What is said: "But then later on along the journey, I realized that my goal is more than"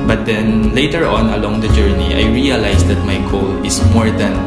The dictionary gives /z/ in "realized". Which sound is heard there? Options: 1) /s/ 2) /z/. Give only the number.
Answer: 1